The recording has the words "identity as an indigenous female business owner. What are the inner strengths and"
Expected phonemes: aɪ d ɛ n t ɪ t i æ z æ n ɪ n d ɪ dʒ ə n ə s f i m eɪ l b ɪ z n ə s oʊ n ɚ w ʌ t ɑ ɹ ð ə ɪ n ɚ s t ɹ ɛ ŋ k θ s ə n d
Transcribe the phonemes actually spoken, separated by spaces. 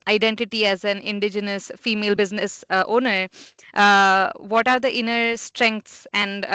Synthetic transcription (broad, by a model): aɪ d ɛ n t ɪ t i æ z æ n ɪ n d ɪ dʒ ə n ə s f i m eɪ l b ɪ z n ə s oʊ n ɚ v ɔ t ɑ ɹ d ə ɪ n ɚ s t ɹ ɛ ŋ k t s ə n d